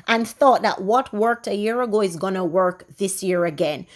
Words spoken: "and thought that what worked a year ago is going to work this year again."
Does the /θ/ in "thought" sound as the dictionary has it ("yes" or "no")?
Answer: yes